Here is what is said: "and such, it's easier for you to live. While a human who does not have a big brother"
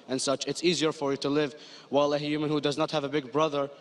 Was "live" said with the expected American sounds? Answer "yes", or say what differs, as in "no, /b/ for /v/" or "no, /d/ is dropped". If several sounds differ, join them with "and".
yes